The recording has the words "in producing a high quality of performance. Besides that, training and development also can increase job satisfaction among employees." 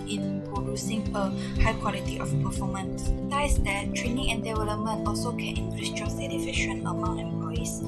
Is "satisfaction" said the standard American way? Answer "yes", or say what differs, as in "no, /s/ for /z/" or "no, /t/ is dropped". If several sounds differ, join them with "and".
no, /k/ is dropped